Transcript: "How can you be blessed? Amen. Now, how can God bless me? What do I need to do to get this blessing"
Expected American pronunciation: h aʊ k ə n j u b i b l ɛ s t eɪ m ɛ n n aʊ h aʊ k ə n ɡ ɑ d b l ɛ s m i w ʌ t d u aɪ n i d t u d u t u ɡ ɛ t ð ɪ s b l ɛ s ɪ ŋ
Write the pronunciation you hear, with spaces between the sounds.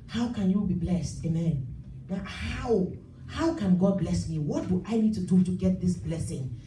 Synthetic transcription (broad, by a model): h aʊ k ə n j u b i b l ɛ s t eɪ m ɛ n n aʊ h aʊ k ə n ɡ ɑ d b l ɛ s m i w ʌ t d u aɪ n i d t u d u t u ɡ ɛ t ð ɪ s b l ɛ s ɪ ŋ